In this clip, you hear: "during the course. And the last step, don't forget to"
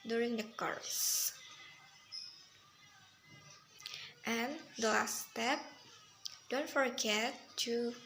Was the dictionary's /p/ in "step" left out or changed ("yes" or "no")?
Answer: no